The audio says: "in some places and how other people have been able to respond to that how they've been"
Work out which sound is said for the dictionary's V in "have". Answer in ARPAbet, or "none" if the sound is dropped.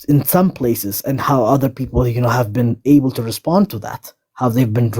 V